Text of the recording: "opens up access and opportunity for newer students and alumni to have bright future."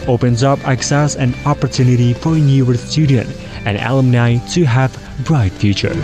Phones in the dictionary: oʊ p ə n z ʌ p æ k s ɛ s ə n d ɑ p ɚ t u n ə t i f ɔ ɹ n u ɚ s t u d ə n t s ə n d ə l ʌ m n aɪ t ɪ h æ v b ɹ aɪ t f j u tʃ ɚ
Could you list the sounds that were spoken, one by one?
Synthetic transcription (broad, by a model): oʊ p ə n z ʌ p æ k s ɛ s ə n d ɑ p ɚ t u n ə t i f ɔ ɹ n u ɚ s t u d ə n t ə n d ə l ʌ m n aɪ t ɪ h æ v b ɹ aɪ t f j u tʃ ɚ